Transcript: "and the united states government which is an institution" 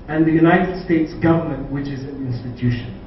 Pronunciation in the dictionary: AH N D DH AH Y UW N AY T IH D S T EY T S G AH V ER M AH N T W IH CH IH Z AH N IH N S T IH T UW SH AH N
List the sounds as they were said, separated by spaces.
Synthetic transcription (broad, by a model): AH N DH AH Y UW N AY T IH D S T EY T S G AH V ER M AH N T W IH CH IH Z AH N IH N S T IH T UW SH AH N